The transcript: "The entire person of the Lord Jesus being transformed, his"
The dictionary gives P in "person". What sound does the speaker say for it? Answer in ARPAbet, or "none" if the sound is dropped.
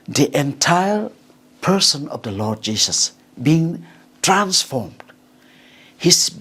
P